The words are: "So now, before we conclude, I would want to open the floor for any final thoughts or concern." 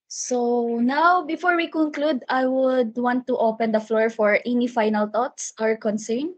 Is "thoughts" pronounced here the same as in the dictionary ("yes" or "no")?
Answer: no